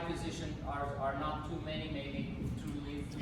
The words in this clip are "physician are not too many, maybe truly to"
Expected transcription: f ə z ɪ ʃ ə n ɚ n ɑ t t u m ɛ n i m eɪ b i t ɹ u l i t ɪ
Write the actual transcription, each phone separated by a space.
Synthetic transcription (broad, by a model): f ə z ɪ ʃ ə n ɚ n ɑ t t u m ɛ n i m eɪ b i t u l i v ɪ